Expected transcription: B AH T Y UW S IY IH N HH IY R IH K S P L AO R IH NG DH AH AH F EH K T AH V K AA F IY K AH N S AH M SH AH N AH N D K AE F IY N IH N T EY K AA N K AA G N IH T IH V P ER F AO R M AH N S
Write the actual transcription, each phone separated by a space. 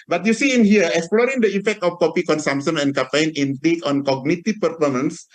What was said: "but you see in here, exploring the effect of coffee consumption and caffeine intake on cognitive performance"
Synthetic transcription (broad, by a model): B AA T Y UW S IY IH N HH IY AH IH K S P L AO R IH NG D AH AH F EH K T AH F K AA P IY K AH N S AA M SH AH N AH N K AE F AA N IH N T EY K AA N K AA G N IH T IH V P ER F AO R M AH N S